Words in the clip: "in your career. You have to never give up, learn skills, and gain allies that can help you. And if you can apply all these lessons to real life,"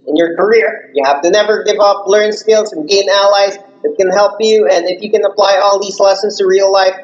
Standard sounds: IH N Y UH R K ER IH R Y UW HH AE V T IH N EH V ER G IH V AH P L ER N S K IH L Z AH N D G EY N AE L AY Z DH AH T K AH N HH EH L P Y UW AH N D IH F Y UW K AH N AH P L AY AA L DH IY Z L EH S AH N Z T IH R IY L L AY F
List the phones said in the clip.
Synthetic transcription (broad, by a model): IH N Y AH R K ER IH R Y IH HH AE F T IH N EH V ER G IH V AH P L ER N S K IH L Z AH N G EY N AE L AY Z DH AH T K AH N HH EH L P Y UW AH N IH F Y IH K AH N AH P L AY AA L DH IY Z L EH S AH N Z T IH R IY L L AY F